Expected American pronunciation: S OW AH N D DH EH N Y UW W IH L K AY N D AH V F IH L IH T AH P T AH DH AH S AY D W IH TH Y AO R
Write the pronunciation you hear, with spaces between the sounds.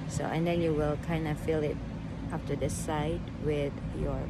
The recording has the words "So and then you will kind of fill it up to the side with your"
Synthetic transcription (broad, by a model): S OW AH N D EH N Y UW W IH L K AY N D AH F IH L IH T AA F T AH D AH S AY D W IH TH Y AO